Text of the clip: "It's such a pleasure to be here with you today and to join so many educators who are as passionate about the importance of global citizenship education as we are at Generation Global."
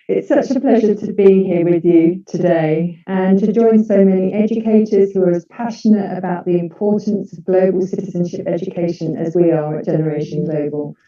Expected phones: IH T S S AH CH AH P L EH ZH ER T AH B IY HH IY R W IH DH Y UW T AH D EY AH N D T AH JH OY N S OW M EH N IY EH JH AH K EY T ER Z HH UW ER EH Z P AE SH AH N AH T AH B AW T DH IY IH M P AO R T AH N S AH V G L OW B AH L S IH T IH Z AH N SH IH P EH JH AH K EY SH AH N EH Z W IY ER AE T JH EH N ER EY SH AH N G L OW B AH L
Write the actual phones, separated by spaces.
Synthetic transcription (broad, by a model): IH T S S AH CH AH P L EH ZH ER T AH B IY HH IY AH W IH DH Y UW T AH D EY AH N T AH JH OY N S OW M EH N IY EH JH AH K EY T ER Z HH UW ER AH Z P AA SH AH N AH T AH B AW T DH IY IH M P AO T N S AH V G L OW B AH L S IH T IH Z AH N SH IH P EH JH AH K EY SH AH N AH Z W IY ER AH T JH EH N ER EY SH AH N G L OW B AH L